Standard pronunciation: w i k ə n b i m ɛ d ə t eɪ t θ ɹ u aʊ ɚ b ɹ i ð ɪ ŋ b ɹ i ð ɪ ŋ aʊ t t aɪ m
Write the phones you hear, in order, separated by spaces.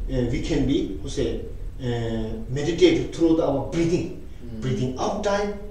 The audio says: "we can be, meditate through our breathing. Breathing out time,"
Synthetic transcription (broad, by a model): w i k ə n b i m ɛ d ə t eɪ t t ɹ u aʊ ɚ b ɹ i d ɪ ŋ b ɹ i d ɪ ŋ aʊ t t aɪ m